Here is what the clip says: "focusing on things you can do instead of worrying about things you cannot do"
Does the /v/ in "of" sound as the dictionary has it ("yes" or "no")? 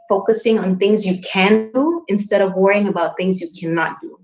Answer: yes